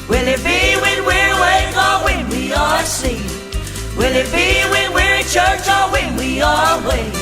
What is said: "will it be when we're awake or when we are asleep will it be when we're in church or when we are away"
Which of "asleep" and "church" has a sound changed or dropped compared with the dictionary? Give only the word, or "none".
asleep